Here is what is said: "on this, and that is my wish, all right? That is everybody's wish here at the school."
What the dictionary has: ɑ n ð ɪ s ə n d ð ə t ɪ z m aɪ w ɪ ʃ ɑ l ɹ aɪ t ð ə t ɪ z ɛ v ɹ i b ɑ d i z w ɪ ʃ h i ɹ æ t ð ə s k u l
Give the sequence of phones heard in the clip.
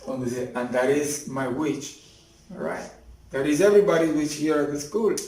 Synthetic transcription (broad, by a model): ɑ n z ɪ ə n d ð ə t ɪ z m aɪ w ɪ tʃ ɹ aɪ t ð ə t ɪ z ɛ v ɹ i b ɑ d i w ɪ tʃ h i ɹ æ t ð ə s k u l